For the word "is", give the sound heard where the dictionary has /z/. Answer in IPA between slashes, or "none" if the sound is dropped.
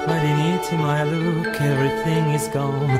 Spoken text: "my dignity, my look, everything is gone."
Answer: /z/